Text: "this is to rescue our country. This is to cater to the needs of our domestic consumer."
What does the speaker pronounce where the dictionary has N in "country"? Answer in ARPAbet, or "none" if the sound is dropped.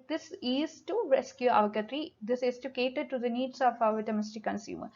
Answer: none